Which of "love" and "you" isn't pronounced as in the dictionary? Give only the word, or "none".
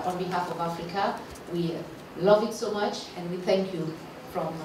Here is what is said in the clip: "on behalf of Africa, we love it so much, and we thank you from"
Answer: none